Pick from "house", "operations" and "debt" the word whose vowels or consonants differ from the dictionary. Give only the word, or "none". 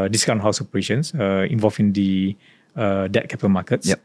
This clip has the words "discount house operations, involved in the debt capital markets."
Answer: operations